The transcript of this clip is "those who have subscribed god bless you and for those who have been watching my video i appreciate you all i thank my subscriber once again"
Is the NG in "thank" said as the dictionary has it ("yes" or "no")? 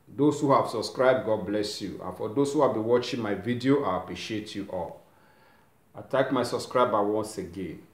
no